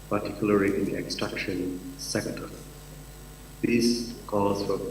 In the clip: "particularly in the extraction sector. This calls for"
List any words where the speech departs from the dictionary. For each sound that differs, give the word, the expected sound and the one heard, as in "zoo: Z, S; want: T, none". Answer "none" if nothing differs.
calls: L, none